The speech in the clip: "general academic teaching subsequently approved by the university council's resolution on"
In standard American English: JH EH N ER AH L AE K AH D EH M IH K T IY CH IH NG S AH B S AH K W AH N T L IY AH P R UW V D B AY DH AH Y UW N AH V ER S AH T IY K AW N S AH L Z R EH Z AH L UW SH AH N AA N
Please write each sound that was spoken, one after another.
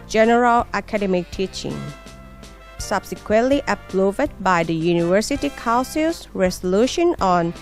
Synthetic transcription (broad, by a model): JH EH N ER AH L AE K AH D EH M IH K T IY CH IH NG S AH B S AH K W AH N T L IY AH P L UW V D B AY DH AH Y UW N AH V ER S AH T IY K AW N S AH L S R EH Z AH L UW SH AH N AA N